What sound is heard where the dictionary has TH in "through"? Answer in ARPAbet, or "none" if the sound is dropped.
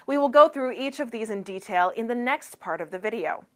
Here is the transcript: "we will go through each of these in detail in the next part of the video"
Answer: TH